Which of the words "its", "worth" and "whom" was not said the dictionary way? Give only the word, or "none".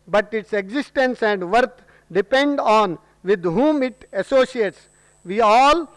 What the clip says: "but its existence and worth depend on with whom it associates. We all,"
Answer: worth